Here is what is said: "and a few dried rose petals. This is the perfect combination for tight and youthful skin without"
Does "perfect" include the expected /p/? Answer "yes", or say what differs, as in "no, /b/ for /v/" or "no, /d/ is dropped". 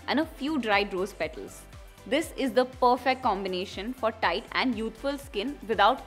yes